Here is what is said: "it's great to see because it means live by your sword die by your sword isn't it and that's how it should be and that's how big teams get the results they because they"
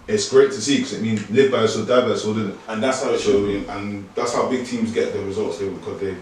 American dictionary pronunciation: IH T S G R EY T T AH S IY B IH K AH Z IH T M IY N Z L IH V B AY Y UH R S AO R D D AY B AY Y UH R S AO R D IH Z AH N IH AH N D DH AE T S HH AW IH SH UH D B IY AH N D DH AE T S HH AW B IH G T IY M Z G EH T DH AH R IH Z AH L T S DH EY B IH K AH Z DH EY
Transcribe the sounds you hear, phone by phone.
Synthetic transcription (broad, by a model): IH T S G R EY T T AH S IY K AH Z IH T M IY N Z L IH V B AY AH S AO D D AY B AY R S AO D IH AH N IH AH N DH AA T S HH AW IH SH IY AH N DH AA T S HH AW B IH G T IY M Z G EH T DH AH R IH Z AH L T S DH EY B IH K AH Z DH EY